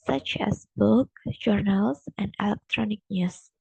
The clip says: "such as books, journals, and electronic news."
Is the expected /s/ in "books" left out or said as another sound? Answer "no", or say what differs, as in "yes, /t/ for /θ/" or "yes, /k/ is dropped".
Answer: yes, /s/ is dropped